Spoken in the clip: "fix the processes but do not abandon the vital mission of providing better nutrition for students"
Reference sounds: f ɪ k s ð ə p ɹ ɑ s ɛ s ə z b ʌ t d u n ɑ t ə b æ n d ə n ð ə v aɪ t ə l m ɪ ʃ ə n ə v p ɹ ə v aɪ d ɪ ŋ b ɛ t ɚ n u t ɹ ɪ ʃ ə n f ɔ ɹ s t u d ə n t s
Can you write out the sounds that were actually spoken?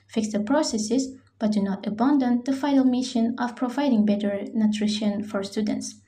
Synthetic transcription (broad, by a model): f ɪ k s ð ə p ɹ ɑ s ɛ s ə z b ʌ t d u n ɑ t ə b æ n d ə n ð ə f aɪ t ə l m ɪ ʃ ə n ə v p ɹ ə v aɪ d ɪ ŋ b ɛ t ɚ n u t ɹ ɪ ʃ ə n f ɔ ɹ s t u d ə n t s